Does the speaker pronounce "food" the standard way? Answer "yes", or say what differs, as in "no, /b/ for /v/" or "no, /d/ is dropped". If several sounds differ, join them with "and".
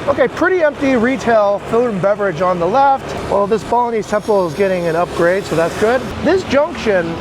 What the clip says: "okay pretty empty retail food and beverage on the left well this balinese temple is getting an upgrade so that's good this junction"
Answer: no, /d/ is dropped